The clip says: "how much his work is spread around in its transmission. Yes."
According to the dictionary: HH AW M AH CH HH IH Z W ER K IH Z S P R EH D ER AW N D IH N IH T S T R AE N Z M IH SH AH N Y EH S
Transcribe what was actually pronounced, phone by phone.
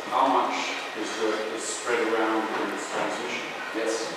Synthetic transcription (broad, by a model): HH AW M AH CH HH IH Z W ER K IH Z S P R EH D ER AW N D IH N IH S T AE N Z IH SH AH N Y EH S